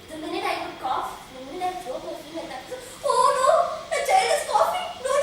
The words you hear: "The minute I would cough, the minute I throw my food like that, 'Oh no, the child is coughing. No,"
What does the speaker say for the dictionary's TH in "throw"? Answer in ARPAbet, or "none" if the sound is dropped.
S